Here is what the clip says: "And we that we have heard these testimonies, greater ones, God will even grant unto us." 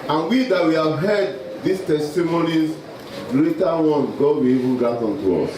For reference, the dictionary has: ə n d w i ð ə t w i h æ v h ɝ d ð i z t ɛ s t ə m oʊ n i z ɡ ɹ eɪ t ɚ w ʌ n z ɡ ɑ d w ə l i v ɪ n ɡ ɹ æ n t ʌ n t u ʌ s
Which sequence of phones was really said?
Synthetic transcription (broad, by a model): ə n w i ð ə t w i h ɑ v h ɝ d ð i s t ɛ s t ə m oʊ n i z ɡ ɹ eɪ t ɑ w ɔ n ɡ ɑ d w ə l i v ɪ n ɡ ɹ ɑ t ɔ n t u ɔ s